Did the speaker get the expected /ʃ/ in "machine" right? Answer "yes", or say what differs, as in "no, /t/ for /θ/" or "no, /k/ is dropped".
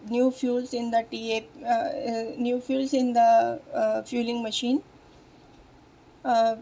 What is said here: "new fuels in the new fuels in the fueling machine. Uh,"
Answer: yes